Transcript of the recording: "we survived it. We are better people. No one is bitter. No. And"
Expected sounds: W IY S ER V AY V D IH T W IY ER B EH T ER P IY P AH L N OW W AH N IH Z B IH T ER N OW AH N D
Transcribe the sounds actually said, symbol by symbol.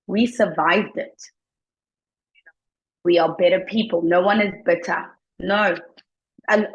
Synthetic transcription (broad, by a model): W IY S ER V AY V D IH T W IY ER B EH T ER P IY P L N OW W AH N IH Z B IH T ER N OW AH